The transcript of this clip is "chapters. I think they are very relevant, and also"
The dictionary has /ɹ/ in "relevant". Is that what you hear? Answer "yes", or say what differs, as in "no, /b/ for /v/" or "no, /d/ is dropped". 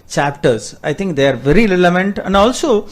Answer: no, /l/ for /ɹ/